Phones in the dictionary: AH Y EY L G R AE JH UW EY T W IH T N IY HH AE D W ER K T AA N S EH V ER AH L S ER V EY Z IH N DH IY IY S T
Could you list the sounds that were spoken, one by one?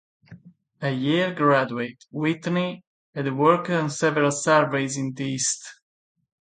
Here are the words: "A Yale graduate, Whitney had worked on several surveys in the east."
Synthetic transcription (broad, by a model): AH Y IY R G R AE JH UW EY T W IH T N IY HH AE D W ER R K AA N S EH V ER AH L S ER V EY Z IH N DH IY IY S T